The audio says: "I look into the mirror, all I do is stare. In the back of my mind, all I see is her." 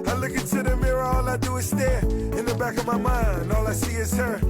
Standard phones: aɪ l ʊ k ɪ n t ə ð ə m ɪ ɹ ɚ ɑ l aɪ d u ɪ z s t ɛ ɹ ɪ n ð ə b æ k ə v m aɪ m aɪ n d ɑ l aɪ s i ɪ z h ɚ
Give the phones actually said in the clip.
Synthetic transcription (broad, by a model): aɪ l ʊ k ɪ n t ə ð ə m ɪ ɹ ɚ ɑ l aɪ d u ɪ s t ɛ ɪ n ð ə b æ k ə v m aɪ m aɪ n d ɑ l aɪ s i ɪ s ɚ